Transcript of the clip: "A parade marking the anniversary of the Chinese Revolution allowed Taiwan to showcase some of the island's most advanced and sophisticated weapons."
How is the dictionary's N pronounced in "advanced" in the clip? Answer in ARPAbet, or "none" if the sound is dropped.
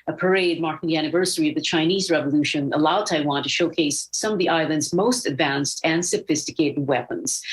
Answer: N